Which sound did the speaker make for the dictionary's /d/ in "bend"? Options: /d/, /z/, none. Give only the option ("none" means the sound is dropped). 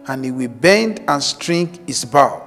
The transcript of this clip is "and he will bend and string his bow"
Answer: /d/